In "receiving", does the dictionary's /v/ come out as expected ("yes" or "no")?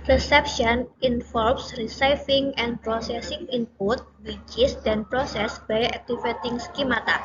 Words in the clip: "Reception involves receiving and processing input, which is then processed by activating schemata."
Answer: no